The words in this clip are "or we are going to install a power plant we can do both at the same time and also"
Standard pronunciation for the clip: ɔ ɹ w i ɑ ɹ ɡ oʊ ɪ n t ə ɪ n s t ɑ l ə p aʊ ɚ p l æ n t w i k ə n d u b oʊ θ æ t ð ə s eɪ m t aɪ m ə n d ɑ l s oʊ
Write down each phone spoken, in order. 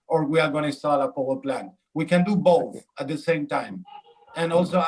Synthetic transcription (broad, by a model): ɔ ɹ w i ɑ ɹ ɡ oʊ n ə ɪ s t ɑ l ə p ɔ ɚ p l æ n w i k ə n d u b oʊ θ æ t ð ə s eɪ m t aɪ m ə n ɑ l s oʊ